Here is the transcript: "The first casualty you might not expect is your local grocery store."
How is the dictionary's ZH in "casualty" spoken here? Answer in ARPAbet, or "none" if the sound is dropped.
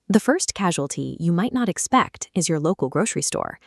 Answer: ZH